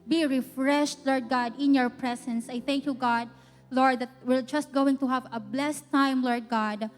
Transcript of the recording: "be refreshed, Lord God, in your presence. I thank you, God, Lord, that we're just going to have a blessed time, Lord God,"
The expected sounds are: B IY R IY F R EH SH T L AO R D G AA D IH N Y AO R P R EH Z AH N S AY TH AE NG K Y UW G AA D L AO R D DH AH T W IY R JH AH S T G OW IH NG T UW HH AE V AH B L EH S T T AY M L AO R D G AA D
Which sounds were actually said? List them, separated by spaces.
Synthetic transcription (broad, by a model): B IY R IY F R EH SH T L AO R D G AA D IH N Y AO R P R EH S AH N S AY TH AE NG K Y UW G AA D L AO R D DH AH T W IY R JH AH S T G OW IH NG T UW HH AE V AH B L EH S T T AY M L AO R D G AA D